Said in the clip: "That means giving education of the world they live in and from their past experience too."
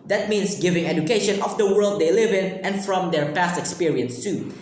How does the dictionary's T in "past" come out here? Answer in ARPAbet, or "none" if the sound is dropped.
T